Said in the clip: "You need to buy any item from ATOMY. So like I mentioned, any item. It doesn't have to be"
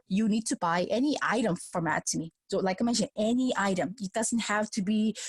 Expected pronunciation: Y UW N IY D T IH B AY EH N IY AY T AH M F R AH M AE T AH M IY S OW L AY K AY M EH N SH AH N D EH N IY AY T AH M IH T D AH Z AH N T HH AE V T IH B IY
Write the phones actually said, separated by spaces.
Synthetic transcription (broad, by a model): Y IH N IY D T IH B AY EH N IY AY T AH M F R AH M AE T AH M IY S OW L AY K AY M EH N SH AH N EH N IY AY T AH M IH T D AH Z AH N T HH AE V T IH B IY